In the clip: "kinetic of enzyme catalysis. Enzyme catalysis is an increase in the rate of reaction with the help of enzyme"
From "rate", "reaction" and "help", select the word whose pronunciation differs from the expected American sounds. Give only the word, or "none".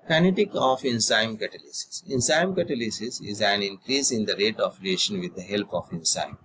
reaction